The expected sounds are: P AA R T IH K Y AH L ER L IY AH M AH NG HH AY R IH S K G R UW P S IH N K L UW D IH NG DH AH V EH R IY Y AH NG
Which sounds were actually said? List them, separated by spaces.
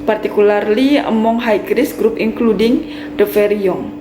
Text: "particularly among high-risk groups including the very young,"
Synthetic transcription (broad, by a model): P AA R T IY K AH L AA L IY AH M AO NG HH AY R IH S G R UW P IH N K L UW D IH NG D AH F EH R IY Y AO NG